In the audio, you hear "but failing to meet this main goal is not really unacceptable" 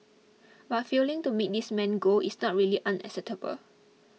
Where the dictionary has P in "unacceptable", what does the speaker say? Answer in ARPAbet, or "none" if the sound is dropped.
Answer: none